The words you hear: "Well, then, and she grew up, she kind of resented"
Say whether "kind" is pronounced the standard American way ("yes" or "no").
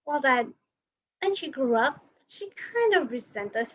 yes